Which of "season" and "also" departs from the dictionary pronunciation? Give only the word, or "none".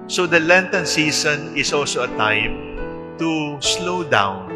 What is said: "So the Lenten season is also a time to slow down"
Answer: season